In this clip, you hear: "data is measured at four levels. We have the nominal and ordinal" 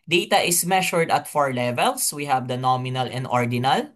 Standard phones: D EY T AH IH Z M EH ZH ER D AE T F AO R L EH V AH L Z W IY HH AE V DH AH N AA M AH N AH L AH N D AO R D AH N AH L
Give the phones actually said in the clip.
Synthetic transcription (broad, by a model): D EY T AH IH S M EH SH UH D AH T F AO R L EH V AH L S W IY HH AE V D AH N AA M AH N AH L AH N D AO R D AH N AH L